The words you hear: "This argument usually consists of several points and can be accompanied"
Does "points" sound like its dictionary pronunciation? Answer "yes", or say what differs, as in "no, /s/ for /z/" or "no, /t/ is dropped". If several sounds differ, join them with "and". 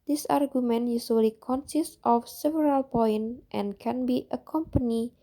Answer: no, /s/ is dropped